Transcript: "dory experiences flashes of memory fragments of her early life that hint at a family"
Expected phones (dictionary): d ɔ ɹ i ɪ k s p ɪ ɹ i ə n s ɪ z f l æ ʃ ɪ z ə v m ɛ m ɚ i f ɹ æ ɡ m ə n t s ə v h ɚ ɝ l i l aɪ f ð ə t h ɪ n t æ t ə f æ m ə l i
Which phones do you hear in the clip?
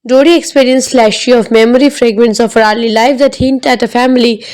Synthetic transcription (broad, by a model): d ɔ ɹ i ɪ k s p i ɹ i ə n s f l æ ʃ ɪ ə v m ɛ m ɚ i f ɹ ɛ ɡ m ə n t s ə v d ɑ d l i l aɪ f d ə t h ɪ n t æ t ə f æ m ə l i